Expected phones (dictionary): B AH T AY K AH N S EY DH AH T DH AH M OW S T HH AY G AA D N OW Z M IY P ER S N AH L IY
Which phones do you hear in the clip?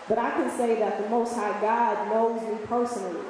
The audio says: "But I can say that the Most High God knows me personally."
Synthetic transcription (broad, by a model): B AH T AY K AH N S EY DH AH T DH AH M OW S T HH AY G AA D N OW Z M IY P ER S N L IY